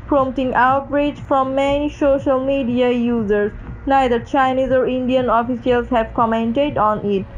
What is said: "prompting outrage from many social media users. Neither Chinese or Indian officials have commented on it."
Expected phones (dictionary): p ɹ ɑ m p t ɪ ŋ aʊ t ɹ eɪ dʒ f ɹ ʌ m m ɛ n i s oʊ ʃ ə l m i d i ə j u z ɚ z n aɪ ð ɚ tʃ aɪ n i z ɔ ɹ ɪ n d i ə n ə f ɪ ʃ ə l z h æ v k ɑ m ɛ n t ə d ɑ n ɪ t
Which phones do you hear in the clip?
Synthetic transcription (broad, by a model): p ɹ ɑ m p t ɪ ŋ aʊ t ɹ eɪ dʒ f ɹ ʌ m m ɛ n i s oʊ ʃ ə l m i d i ə j u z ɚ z n aɪ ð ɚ tʃ aɪ n i z ɔ ɹ ɪ n d i ə n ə f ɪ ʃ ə l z h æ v k ɑ m ɛ n t ə d ɑ n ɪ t